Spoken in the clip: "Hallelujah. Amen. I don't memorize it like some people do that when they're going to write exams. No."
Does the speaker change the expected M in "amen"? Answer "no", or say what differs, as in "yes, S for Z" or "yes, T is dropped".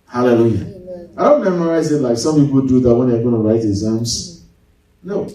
yes, M is dropped